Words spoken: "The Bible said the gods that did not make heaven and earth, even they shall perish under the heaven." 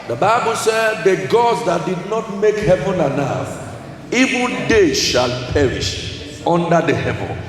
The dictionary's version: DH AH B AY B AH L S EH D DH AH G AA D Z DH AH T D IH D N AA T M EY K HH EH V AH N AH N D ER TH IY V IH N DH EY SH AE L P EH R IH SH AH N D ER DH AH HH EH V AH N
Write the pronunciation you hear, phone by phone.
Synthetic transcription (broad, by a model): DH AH B AY B AH L S EH D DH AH G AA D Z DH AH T D IH D N AA T M EY K HH EH V AH N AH N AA F IY V IH N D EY SH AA L P EH R IH SH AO N D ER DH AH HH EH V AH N